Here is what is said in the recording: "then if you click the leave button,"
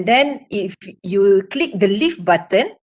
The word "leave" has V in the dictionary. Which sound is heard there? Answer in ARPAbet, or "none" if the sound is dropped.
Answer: F